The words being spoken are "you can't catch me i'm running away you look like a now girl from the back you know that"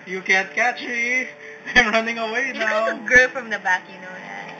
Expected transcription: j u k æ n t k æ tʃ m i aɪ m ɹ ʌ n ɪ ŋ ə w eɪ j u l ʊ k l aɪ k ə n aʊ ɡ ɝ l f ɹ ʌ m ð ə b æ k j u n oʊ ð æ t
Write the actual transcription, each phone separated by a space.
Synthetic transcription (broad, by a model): j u k æ n t k æ tʃ m i aɪ m ɹ ʌ n ɪ ŋ ə w eɪ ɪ n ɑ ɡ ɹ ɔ ə f ɹ ʌ m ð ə b æ k j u n oʊ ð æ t